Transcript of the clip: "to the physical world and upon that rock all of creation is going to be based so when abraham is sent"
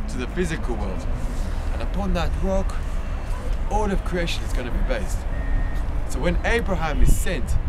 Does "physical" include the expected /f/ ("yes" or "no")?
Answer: yes